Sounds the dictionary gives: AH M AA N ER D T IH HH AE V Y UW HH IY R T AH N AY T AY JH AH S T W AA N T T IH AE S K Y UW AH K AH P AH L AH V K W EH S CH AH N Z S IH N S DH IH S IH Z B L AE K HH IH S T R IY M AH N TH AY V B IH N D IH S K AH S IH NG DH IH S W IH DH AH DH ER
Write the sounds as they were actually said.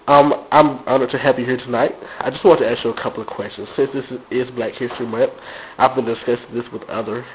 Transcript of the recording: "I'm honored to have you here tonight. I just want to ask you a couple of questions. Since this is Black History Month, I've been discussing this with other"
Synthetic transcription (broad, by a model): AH M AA IH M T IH HH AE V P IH HH IY R T AH N AY T AY JH AH S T W AA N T T IH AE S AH AH K AH P L AH V K W EH S CH AH N Z S IH N S DH IH S IH Z B L AE K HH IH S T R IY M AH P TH AY V B IH N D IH S K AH S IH DH IH S W IH DH AH DH ER